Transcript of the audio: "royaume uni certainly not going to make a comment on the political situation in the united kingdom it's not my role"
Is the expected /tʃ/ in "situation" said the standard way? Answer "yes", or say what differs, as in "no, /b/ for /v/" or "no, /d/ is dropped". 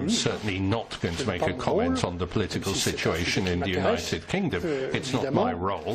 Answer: yes